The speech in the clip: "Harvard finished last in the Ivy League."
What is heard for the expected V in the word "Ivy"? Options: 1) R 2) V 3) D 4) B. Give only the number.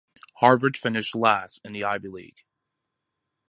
4